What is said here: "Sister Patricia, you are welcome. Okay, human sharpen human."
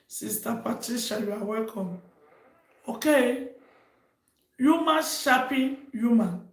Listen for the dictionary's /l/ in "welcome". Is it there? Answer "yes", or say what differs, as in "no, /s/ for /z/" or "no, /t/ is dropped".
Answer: yes